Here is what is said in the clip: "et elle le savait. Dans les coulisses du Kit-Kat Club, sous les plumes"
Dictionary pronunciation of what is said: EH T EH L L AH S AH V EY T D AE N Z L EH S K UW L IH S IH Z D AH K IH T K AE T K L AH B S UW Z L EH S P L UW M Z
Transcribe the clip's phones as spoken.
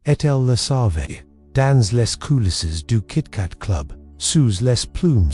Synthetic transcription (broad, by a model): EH T EH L L AH S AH V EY D AE N Z L EH S K UW L IH S IH Z D AH K IH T K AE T K L AH B S UW Z L EH S P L UW M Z